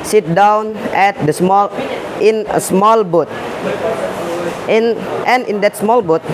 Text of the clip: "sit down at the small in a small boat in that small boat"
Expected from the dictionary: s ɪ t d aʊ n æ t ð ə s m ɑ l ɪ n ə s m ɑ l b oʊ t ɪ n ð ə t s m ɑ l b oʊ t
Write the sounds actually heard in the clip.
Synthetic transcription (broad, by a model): s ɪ t d aʊ n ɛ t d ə s m ɑ l ɪ n ə s m ɑ l b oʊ t ɪ n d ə t s m ɑ l b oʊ t